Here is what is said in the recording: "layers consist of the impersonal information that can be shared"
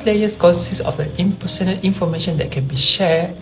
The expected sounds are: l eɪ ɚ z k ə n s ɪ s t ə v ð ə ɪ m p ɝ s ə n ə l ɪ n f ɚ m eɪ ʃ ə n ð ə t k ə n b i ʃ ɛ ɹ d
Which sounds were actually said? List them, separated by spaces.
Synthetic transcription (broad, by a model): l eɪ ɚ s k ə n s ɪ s ə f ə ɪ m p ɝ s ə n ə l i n f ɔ m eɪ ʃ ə n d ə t k ə n b i ʃ ɛ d